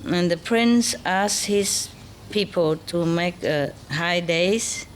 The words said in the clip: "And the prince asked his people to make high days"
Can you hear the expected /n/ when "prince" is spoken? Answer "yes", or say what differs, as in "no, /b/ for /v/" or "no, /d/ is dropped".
yes